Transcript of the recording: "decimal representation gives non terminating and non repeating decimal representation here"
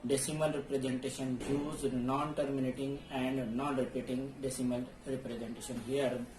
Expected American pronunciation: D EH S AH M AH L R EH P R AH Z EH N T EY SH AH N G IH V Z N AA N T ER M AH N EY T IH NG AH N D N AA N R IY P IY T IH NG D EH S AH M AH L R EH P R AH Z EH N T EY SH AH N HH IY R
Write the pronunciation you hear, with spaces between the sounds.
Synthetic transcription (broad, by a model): D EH S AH M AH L R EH P R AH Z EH N T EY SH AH N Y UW Z N AA N T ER M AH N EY T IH NG AH N D N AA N R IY P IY T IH NG D EH S AH M AH L R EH P R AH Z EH N T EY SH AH N HH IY R